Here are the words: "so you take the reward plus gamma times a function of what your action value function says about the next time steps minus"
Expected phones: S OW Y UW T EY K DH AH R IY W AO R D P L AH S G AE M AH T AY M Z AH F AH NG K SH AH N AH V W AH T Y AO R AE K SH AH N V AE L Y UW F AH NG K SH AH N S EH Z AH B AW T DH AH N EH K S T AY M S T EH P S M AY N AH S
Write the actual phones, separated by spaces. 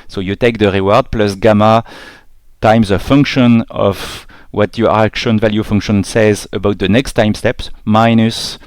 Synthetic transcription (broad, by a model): S OW Y UW T EY K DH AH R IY W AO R D P L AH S G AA M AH T AY M Z AH F AH NG K SH AH N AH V W AH T Y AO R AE K SH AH N V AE L Y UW F AH NG K SH AH N S EH Z AH B AW T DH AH N EH K S T AY M S T EH P S M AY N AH S